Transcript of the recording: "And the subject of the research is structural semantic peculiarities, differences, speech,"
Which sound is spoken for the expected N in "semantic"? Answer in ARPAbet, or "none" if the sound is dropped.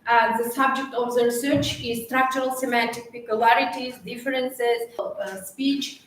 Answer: N